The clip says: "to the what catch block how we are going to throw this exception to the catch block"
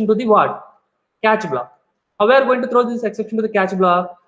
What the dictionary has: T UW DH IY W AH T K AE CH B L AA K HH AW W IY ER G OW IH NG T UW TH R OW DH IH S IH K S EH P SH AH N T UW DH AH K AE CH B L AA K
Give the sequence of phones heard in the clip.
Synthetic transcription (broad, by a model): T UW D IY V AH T K AE CH B L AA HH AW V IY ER G OW IH NG T UW T R OW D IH S IH K S EH P SH AH N T UW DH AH K AE CH B L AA